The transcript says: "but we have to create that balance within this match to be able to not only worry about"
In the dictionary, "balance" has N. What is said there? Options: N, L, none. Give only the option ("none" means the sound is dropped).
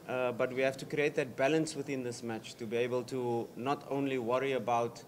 N